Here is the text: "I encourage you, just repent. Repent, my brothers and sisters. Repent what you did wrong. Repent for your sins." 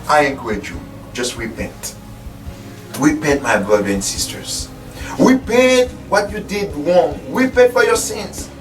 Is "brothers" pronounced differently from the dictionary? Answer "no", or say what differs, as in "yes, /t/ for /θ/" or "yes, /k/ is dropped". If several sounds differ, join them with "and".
yes, /z/ is dropped